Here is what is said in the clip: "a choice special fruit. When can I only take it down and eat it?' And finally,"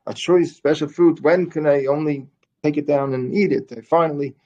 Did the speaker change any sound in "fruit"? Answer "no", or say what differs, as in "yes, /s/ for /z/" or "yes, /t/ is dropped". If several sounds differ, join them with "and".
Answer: yes, /ɹ/ is dropped